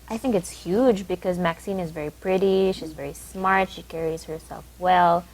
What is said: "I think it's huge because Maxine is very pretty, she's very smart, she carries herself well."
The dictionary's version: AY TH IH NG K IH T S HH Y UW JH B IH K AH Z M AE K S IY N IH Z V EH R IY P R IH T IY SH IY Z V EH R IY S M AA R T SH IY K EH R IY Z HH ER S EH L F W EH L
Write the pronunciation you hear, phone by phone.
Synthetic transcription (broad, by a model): AY TH IH NG K IH T S HH Y UW JH B IH K AH Z M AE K S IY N IH Z V EH R IY P R IH T IY SH IY Z V EH R IY S M AA R T SH IY K EH R IY Z HH ER S EH L F W EH L